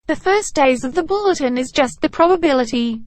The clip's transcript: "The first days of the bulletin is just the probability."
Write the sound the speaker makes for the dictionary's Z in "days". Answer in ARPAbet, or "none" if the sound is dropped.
Z